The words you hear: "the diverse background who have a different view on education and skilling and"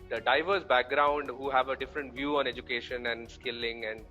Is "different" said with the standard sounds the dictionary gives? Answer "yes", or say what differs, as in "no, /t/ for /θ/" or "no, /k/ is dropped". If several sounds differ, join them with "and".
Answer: yes